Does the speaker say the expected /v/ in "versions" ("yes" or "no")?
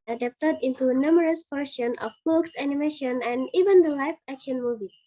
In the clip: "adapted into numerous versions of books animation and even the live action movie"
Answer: no